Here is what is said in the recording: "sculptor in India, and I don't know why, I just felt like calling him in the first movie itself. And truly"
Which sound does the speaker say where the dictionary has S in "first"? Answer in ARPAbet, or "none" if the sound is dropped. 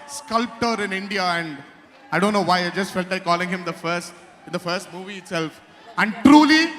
S